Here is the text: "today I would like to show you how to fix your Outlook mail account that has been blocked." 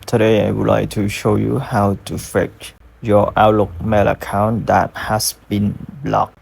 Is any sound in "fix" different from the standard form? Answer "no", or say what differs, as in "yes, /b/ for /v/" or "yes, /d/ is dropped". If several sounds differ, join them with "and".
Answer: yes, /s/ is dropped